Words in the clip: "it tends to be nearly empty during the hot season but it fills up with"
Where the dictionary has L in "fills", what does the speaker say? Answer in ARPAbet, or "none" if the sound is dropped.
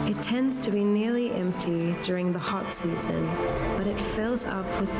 L